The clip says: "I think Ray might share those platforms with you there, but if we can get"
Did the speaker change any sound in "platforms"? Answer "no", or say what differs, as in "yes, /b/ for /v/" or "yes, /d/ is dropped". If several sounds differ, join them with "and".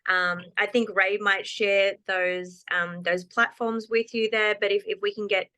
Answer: no